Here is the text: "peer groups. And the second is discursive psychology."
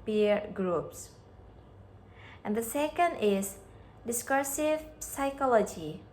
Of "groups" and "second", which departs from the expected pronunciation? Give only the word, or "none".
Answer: none